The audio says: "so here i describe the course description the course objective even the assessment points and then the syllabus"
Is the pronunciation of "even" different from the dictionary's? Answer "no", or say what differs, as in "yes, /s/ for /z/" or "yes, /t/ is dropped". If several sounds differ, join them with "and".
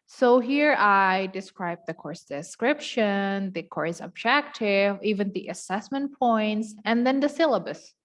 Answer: no